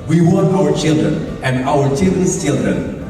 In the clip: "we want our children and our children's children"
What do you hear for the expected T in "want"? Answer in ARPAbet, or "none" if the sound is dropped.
none